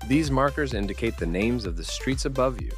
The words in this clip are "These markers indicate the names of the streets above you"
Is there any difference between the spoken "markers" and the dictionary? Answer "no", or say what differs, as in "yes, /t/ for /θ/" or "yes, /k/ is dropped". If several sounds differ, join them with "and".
no